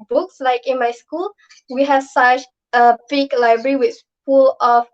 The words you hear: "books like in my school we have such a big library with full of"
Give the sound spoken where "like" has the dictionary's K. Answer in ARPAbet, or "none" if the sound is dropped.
K